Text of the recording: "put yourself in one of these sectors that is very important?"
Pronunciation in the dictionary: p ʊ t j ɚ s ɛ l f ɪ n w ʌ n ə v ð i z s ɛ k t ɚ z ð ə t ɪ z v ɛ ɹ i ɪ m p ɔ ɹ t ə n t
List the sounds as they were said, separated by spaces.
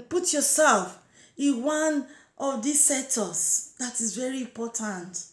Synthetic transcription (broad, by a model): p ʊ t j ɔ s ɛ l f ɪ n w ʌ n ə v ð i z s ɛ t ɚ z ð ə t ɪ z v ɛ ɹ i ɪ m p ɔ t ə n t